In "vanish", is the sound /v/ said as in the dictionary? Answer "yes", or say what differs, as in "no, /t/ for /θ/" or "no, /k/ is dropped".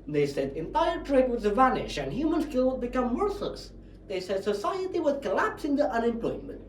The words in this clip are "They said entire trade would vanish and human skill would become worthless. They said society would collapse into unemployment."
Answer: yes